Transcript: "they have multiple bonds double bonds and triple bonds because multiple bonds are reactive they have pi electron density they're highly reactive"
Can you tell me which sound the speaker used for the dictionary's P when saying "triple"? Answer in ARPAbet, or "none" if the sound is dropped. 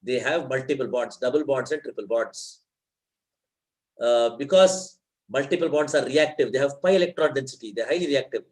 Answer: P